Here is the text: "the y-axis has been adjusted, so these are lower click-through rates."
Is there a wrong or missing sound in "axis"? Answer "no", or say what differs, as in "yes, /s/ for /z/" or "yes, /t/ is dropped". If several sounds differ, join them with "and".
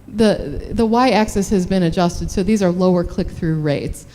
no